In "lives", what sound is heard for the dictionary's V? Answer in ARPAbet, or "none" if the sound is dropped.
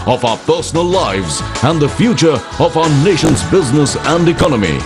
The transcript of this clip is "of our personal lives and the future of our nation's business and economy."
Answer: V